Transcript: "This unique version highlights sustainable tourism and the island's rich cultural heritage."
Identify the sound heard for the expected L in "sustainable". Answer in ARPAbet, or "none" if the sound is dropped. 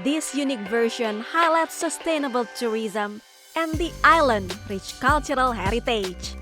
L